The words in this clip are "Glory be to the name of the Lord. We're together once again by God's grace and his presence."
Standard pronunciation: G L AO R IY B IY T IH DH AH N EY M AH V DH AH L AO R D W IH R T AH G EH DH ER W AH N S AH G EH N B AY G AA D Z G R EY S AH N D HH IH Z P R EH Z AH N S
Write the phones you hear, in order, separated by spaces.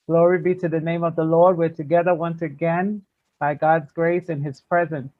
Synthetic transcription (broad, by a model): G L AO R IY B IY T IH DH AH N EY M AH V DH AH L AO R D W IH R T AH G EH DH ER W AH N S AH G EH N B AY G AA D Z G R EY S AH N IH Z P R EH Z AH N S